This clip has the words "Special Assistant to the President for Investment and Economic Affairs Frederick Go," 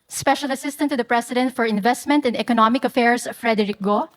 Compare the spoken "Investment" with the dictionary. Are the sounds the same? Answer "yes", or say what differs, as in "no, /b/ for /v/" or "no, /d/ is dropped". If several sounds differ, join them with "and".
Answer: yes